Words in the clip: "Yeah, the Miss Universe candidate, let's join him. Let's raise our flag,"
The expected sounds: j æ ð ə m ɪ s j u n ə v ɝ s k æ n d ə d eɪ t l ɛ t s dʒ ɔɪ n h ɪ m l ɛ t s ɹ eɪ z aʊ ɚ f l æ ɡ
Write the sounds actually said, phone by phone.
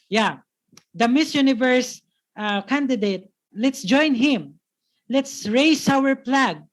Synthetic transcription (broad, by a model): j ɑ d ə m ɪ s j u n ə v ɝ s k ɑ n d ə d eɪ t l ɛ t s dʒ ɔɪ n h ɪ m l ɛ t s ɹ eɪ s aʊ ɚ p l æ ɡ